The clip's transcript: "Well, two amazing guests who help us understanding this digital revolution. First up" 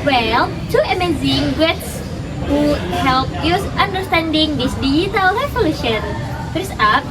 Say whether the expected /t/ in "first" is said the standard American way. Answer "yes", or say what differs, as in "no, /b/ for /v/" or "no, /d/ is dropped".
no, /t/ is dropped